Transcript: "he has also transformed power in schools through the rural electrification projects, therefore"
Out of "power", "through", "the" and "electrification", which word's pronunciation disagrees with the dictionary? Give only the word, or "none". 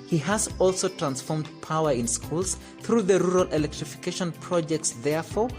none